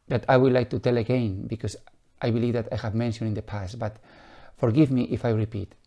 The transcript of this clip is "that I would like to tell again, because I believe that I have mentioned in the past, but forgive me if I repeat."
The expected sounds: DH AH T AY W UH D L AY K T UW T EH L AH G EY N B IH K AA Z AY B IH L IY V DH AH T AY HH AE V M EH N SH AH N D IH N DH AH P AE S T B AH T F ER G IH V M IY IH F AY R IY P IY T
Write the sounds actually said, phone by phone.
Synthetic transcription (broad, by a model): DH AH T AY W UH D L AY K T UW T EH L AH G EY N B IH K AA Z AY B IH L IY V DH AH T AY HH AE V M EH N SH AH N IH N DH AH P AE S T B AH T F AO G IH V M IY IH F AY R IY P IY T